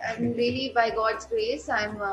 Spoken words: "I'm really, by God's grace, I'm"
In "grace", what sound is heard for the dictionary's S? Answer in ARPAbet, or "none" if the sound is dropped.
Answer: S